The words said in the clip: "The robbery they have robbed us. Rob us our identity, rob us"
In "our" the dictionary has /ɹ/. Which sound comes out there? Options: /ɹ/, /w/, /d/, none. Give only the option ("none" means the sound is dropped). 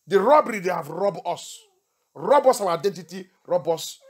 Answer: /w/